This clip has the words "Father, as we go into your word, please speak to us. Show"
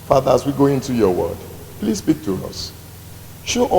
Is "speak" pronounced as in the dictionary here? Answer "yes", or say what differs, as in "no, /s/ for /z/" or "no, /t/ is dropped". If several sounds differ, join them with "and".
no, /b/ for /p/